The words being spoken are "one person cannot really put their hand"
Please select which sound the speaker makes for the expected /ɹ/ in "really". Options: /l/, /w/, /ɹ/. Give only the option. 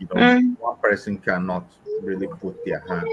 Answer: /ɹ/